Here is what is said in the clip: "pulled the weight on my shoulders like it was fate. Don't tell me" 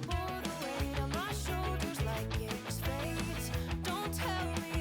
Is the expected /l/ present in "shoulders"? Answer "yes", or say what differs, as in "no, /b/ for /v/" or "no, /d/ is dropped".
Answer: yes